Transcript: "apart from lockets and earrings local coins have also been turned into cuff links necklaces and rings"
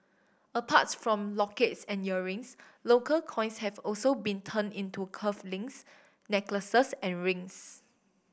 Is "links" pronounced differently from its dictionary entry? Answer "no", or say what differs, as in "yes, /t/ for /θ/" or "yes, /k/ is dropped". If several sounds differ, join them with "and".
yes, /k/ is dropped